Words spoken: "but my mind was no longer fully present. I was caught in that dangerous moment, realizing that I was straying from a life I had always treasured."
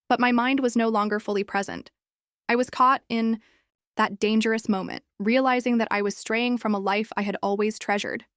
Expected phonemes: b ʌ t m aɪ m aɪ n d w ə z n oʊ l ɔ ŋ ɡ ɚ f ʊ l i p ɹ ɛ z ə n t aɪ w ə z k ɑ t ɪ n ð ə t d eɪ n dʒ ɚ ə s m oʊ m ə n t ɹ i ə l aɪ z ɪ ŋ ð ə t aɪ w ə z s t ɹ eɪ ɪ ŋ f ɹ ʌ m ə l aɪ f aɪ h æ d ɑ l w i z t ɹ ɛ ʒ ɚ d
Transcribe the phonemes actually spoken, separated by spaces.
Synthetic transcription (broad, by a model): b ʌ t m aɪ m aɪ n d w ə z n oʊ l ɔ ŋ ɡ ɚ f ʊ l i p ɹ ɛ z ə n t aɪ w ə z k ɑ t ɪ n ð ə t d eɪ n dʒ ɚ ə s m oʊ m ə n t ɹ i ə l aɪ z ɪ ŋ ð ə t aɪ w ə z s t ɹ eɪ ɪ ŋ f ɹ ʌ m ə l aɪ f aɪ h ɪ d ɑ l w i z t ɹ ɛ ʒ ɚ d